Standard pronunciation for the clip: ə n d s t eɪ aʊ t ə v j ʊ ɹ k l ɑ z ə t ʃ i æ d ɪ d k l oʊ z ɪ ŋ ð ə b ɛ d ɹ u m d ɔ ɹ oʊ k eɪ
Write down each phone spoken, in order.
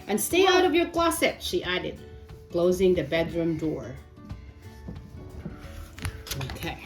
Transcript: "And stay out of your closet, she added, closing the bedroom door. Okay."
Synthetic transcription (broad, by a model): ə n s t eɪ aʊ t ə v j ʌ ɹ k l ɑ s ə t ʃ i æ d ɪ d k l oʊ z ɪ ŋ ð ə b ɛ d ɹ u m d ɔ ɹ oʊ k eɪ